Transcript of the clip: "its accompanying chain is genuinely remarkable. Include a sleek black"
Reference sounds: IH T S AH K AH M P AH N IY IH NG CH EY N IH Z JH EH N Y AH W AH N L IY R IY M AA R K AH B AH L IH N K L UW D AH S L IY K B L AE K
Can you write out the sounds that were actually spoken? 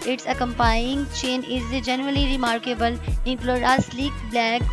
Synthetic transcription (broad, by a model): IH T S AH K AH M P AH IY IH NG CH EY N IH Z JH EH N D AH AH L IY R IY M AA R K AH B AH L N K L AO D AH S L IY K B L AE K